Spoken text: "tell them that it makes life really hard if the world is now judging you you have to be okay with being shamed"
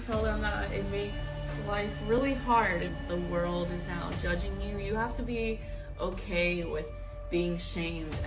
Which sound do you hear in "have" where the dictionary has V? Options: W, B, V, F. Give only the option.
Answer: F